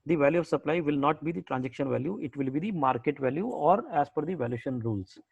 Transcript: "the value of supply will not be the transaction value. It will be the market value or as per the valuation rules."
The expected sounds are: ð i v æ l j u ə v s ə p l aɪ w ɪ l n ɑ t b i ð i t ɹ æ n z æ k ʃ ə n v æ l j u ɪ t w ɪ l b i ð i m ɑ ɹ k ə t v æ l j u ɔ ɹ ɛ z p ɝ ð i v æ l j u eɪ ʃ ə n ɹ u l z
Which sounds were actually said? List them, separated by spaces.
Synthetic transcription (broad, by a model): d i v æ l j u ə v s ə p l aɪ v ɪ l n ɑ t b i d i t ɹ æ n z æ k ʃ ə n v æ l j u ɪ t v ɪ l b i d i m ɑ ɹ k ə t v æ l j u ɔ ɹ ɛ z f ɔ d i v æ l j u ʃ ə n ɹ u l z